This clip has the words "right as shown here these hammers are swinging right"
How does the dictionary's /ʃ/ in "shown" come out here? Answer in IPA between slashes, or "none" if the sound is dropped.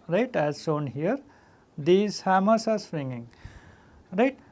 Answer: /s/